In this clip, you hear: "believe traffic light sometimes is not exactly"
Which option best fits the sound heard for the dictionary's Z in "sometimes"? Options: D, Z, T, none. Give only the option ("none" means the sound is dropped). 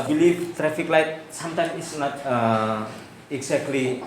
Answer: none